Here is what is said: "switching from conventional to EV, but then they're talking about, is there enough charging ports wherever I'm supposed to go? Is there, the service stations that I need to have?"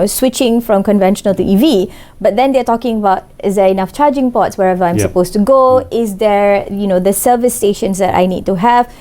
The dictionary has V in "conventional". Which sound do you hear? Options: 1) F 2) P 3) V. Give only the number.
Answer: 3